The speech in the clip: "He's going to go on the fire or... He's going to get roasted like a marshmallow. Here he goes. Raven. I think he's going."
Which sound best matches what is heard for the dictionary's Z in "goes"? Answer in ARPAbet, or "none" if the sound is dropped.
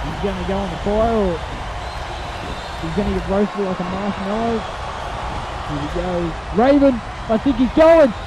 none